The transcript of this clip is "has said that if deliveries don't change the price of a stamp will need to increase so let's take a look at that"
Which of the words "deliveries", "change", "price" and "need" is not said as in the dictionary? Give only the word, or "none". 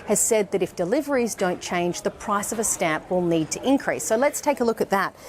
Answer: none